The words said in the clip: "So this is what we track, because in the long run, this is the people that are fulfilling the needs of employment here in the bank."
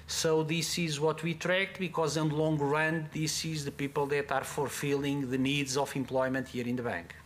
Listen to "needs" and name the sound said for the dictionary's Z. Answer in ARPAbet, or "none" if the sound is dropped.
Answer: Z